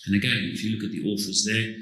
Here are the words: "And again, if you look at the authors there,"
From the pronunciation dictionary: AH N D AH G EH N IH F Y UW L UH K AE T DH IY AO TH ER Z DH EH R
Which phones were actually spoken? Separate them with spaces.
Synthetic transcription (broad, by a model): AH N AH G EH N IH F Y UW L UH K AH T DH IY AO F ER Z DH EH